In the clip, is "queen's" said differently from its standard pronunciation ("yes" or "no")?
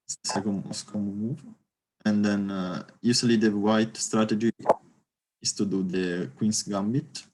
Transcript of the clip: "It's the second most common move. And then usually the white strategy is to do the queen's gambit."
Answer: yes